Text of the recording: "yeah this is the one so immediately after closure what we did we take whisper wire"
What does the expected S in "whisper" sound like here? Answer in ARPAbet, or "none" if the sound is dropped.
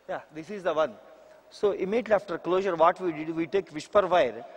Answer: SH